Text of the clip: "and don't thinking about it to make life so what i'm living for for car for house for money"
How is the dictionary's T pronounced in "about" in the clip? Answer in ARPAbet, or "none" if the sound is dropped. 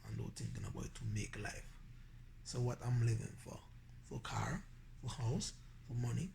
none